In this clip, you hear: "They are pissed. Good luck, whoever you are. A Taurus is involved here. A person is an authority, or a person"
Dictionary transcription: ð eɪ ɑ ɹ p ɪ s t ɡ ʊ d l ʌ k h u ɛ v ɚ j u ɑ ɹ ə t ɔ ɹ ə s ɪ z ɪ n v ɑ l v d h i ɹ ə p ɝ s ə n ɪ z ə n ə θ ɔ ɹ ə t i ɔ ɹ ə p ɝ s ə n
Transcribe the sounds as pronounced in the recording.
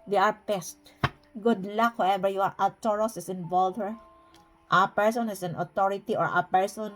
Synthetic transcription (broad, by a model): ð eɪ ɑ ɹ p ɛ s t ɡ ʊ d l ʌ k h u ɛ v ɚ j u ɑ ɹ ə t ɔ ɹ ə s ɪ s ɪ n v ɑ l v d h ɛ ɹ ə p ɝ s ə n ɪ s ə n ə t ɔ ɹ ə t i ɔ ɹ ə p ɝ s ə n